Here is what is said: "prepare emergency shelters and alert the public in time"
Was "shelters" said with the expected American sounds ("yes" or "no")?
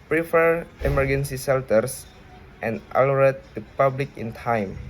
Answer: no